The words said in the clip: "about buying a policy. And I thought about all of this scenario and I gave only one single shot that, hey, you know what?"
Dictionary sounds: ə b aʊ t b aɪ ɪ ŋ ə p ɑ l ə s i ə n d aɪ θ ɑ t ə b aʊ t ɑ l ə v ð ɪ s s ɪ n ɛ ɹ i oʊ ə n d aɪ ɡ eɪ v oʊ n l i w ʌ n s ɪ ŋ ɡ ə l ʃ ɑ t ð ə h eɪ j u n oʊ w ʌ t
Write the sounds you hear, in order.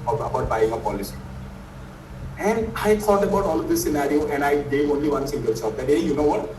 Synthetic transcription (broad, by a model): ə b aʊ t b aɪ ɪ ŋ ə p ɑ l ə s i ə n d aɪ t ɑ t ə b aʊ t ɑ l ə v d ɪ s s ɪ n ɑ ɹ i oʊ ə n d aɪ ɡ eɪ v oʊ n l i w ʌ n s ɪ ŋ ɡ ə l s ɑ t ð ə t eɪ j u n oʊ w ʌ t